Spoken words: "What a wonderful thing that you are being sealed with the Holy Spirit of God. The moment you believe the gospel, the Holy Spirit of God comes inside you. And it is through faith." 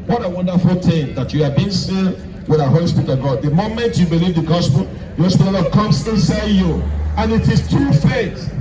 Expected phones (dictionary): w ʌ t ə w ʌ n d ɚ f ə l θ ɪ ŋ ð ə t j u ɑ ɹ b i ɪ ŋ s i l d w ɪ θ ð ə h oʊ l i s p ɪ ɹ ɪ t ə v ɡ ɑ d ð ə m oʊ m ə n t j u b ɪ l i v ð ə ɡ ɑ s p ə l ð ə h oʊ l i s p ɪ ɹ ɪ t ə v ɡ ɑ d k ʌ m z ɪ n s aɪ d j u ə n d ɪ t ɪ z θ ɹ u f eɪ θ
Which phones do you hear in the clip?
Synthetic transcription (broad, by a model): w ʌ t ə w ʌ n d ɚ f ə l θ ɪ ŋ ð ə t j u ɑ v b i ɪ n s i w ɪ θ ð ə h oʊ l i s p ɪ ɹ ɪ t ə v ɡ ɑ d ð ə m oʊ m ə n t j u b ɪ l i v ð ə ɡ ɑ s p ə l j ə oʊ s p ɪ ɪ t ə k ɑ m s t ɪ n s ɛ j u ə n ɪ t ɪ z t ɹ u f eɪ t